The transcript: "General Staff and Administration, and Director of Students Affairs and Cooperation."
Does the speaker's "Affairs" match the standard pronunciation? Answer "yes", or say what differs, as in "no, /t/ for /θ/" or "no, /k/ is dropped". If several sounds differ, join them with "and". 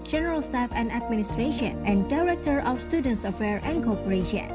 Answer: no, /z/ is dropped